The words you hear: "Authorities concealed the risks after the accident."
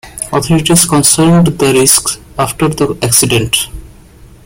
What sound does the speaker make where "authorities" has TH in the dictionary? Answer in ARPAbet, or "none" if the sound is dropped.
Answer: T